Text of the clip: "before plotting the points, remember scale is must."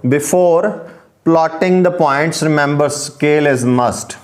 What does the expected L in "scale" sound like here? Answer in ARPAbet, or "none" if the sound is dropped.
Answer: L